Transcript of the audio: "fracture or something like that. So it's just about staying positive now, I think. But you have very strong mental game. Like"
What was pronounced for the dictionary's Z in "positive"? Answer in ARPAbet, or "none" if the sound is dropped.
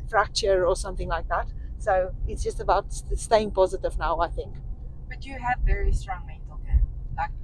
Z